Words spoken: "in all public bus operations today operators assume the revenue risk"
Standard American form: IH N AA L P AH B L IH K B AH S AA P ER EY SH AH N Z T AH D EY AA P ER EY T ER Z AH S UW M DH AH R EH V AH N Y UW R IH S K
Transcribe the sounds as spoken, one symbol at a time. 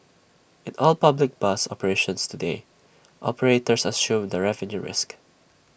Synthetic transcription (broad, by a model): IH N AA L P AH B L IH K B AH S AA P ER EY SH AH N S T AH D EY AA P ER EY T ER S AH S UW M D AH R EH V AH N Y UW R IH S K